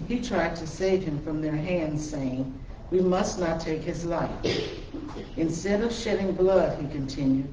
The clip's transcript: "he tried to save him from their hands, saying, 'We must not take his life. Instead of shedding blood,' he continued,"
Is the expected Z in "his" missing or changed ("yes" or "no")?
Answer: no